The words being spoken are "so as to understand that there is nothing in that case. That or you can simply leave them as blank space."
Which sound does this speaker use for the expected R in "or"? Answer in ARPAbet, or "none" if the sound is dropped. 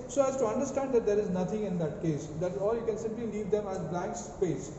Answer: L